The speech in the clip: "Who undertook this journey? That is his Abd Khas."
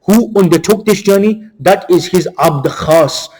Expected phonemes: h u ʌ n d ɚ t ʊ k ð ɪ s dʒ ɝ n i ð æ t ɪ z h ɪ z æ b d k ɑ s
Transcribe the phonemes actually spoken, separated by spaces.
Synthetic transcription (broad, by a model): h u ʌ n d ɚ t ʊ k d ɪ s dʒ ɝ n i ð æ t ɪ z h ɪ z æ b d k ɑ s